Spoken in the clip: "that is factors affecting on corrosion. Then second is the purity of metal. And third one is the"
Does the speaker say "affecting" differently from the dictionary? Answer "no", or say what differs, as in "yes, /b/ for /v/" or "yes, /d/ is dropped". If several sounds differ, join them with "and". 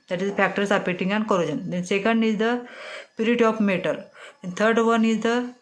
yes, /p/ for /f/ and /k/ is dropped